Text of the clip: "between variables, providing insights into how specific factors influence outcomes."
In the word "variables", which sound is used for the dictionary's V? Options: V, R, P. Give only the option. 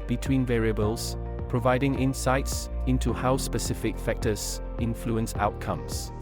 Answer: V